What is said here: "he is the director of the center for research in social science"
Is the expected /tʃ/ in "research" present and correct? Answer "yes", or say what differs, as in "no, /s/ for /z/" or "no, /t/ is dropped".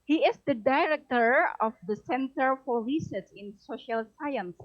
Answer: no, /s/ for /tʃ/